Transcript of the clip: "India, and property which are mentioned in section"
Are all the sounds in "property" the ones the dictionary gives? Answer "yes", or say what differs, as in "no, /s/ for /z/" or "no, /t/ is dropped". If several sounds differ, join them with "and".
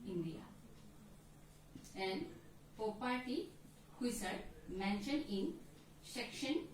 no, /ɹ/ is dropped